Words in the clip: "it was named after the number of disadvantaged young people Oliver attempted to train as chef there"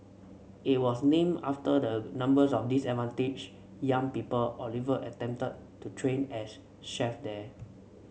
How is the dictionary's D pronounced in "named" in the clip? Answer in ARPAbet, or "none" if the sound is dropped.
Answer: none